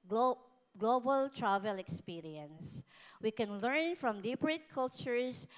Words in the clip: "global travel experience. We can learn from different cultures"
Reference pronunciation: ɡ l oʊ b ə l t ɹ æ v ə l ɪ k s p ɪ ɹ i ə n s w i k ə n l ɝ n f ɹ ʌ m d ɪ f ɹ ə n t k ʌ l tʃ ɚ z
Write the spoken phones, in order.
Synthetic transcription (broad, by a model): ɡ l oʊ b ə l t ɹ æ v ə l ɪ k s p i ɹ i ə n s w i k ə n l ɝ n f ɹ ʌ m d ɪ p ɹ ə t k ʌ l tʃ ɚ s